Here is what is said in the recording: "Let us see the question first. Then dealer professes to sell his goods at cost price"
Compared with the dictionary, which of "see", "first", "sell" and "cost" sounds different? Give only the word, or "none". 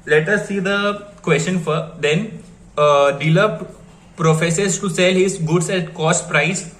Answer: first